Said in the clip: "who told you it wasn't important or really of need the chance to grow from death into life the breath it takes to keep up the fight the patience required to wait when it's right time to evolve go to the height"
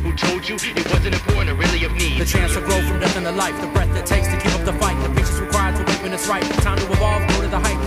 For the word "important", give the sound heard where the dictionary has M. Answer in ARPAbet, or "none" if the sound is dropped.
none